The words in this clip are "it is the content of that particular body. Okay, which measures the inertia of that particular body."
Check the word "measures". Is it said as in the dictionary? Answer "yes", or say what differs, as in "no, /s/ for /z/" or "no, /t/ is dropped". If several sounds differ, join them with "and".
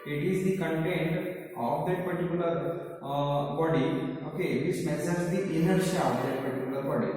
no, /s/ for /ʒ/